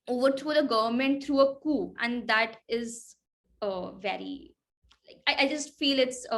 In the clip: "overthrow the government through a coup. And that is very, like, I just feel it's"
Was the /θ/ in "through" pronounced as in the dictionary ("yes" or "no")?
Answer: no